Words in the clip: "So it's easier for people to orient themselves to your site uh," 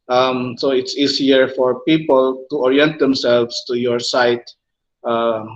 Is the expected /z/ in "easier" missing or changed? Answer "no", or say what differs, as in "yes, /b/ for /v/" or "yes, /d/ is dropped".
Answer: yes, /s/ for /z/